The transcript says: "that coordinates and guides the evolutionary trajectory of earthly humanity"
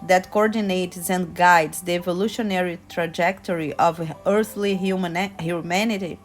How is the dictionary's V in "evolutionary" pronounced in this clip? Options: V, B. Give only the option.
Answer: V